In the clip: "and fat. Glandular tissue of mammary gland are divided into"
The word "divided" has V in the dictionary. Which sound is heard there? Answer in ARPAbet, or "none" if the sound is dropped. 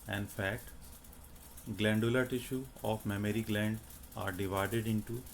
V